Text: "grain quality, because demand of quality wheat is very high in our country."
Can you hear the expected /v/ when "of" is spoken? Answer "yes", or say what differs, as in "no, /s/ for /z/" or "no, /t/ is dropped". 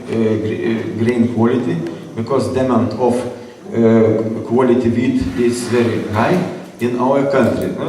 no, /f/ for /v/